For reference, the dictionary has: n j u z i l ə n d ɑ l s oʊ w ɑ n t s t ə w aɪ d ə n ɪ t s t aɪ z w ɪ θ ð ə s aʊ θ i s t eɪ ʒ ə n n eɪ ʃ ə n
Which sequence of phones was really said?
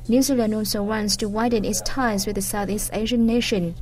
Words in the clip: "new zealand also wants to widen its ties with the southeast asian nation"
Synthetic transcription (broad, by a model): n j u z i l ə n d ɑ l s oʊ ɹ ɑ n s t ə w aɪ d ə n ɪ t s t aɪ z w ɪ ð ə s aʊ θ i s t eɪ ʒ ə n n eɪ ʃ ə n